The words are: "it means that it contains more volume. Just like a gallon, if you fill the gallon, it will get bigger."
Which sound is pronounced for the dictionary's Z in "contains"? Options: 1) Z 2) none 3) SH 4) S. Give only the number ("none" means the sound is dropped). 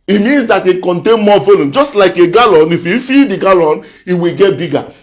2